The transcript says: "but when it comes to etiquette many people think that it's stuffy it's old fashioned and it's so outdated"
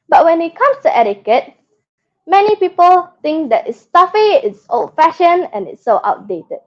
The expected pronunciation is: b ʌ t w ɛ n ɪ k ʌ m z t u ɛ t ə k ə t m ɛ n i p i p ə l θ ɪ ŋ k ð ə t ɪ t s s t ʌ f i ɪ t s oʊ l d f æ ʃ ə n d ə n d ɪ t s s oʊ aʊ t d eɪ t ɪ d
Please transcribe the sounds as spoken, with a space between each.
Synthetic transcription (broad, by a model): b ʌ t w ɛ n ɪ k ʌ m s t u ɛ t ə k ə t m ɛ n i p i p ə l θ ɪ ŋ k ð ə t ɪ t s s t ʌ f i ɪ t s oʊ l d f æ ʃ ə n ə n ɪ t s s oʊ aʊ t d eɪ t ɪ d